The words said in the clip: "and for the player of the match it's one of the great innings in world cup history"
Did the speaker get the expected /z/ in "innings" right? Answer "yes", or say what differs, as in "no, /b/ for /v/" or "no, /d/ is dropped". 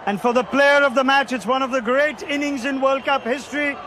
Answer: yes